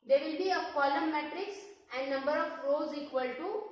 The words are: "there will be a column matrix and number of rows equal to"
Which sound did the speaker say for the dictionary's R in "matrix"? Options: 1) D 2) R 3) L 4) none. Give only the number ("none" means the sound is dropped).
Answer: 2